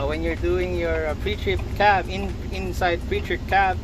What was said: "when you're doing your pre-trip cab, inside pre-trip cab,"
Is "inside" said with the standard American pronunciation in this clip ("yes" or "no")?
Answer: yes